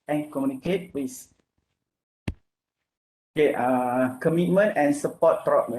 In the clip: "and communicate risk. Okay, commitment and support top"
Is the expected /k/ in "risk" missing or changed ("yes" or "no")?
yes